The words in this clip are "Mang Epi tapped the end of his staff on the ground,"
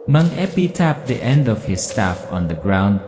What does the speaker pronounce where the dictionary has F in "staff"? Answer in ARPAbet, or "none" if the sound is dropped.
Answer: F